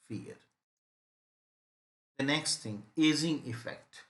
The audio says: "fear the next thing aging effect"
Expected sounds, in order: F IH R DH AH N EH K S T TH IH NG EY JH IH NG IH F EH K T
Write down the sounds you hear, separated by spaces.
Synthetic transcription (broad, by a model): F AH R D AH N EH K S T T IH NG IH Z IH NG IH F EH K T